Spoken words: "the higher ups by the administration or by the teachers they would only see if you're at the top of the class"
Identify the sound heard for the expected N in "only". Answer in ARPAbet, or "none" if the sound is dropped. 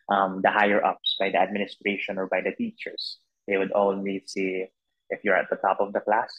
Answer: L